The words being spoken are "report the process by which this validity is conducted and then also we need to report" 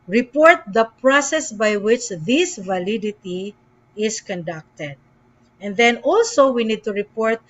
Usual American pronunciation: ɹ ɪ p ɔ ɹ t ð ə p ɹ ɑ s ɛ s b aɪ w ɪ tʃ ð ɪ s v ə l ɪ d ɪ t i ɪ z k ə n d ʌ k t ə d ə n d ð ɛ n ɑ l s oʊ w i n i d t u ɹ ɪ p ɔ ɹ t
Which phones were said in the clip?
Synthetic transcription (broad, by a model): ɹ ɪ p ɔ ɹ t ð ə p ɹ ɑ s ɛ s b aɪ w ɪ tʃ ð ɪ s v ə l ɪ d ɪ t i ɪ s k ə n d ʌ k t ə d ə n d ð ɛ n ɑ l s oʊ w i n i d t u ɹ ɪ p ɔ ɹ t